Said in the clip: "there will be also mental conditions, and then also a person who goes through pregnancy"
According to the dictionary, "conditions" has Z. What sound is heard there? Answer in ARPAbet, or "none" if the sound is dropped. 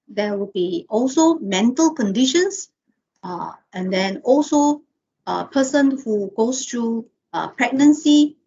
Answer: S